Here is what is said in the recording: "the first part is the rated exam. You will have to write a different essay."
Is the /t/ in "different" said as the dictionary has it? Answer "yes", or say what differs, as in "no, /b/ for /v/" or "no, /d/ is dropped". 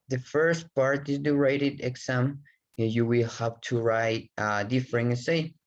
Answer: no, /t/ is dropped